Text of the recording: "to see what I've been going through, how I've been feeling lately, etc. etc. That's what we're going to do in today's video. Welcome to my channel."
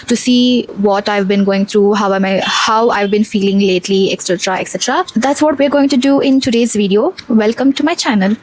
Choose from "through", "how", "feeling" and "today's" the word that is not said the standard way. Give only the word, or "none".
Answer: through